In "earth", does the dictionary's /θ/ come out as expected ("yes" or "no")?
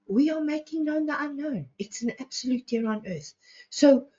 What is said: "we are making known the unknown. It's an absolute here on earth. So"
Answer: yes